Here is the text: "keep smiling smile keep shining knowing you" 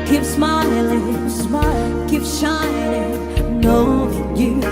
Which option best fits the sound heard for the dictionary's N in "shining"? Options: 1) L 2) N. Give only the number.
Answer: 1